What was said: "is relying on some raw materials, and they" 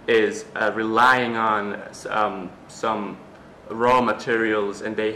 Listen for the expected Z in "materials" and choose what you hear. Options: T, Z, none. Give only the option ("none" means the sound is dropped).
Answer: Z